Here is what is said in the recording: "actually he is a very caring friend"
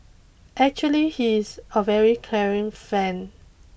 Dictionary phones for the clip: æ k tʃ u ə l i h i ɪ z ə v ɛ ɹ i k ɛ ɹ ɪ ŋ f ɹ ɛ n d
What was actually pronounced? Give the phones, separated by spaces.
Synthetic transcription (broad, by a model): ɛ k tʃ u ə l i h i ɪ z ə v ɛ ɹ i k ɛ ɹ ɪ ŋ f ɛ n